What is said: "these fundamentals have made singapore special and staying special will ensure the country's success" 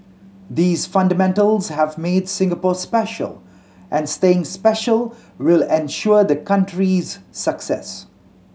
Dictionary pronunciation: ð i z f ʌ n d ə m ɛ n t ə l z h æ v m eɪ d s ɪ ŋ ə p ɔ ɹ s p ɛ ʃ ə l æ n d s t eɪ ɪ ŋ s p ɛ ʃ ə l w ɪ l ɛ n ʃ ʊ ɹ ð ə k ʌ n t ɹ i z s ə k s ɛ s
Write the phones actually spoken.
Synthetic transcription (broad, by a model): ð i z f ʌ n d ə m ɛ n t ə l z h æ v m eɪ d s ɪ ŋ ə p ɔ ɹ s p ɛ ʃ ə l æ n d s t eɪ ɪ ŋ s p ɛ ʃ ə l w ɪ l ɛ n ʃ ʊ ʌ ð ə k ʌ n t ɹ i z s ə k s ɛ s